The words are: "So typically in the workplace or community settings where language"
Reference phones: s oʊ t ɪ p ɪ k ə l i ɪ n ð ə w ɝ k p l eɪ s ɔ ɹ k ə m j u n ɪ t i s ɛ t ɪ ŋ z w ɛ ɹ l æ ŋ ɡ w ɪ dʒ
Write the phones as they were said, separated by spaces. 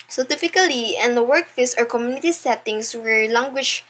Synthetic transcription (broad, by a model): s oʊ t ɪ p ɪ k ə l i ɪ n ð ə w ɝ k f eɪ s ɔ ɹ k ə m j u n ɪ t i s ɛ t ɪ ŋ s w ɛ ɹ l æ ŋ ɡ w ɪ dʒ